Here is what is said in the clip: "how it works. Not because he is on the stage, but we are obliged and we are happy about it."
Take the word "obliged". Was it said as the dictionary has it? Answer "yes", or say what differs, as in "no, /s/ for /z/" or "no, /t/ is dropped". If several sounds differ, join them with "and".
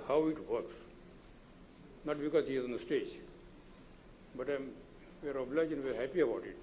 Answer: no, /d/ is dropped